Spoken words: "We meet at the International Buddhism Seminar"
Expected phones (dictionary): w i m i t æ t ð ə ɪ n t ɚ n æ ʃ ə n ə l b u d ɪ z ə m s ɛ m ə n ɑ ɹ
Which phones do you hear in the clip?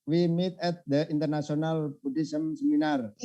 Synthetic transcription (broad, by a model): w i m i t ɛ t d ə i n t ɚ n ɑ s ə n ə l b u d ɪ s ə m s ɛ m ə n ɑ ɹ